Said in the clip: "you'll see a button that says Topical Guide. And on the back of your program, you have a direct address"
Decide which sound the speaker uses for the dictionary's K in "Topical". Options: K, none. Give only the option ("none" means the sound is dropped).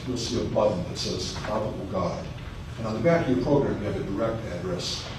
none